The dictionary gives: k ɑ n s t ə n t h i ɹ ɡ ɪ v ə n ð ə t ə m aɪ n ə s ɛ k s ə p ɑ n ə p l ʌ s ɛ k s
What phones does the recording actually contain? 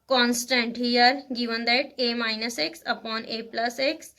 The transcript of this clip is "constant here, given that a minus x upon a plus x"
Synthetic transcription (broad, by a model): k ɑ n s t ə n t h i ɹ ɡ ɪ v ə n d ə t ə m aɪ n ə s ɛ k s ə p ɑ n ə p l ʌ s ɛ k s